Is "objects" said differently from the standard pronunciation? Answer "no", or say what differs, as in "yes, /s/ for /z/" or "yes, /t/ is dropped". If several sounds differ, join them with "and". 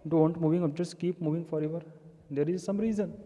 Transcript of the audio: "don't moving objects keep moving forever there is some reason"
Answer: yes, /b/ is dropped and /s/ is dropped